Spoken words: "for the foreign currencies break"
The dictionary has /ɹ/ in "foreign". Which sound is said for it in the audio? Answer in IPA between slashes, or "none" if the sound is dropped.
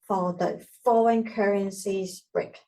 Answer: /l/